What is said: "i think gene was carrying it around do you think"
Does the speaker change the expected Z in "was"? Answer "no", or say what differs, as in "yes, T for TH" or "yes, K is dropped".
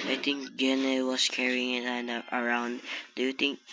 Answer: yes, S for Z